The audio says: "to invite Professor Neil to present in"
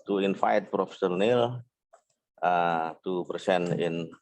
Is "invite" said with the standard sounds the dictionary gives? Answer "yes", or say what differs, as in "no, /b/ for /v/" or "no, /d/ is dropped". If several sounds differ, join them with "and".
no, /f/ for /v/